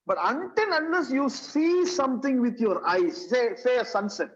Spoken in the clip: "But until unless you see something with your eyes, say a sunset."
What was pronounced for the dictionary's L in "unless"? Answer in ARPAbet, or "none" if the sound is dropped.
none